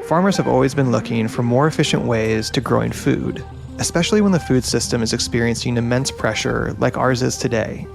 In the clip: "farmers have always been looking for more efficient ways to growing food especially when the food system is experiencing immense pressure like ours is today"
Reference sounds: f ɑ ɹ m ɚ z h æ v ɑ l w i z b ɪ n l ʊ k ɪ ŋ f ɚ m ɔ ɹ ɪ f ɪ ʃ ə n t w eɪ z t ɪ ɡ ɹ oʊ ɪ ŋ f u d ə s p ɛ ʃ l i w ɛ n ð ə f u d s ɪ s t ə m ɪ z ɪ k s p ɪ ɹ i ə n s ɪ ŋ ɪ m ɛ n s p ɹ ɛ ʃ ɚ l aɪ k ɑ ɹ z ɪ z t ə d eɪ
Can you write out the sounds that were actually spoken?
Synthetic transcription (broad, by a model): f ɑ ɹ m ɚ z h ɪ v ɑ l w i z b ɪ n l ʊ k ɪ ŋ f ɚ m ɔ ɹ ɪ f ɪ ʃ ə n t w eɪ z t ɪ ɡ ɹ oʊ ɪ ŋ f u d ə s p ɛ ʃ l i w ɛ n ð ə f u d s ɪ s t ə m ɪ z ɪ k s p ɪ ɹ i ə n s ɪ ŋ ɪ m ɛ n s p ɹ ɛ ʃ ɚ l aɪ k ɑ ɹ z ɪ z t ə d eɪ